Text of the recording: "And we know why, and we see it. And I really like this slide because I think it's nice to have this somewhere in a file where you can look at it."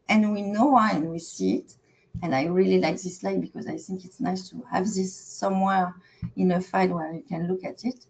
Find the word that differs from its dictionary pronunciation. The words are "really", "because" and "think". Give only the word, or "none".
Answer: none